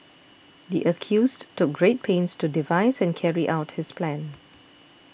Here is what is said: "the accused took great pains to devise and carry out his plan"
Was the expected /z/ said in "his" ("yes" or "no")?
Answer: no